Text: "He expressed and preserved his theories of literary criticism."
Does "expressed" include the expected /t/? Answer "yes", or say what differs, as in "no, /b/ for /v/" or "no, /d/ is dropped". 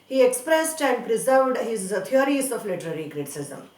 yes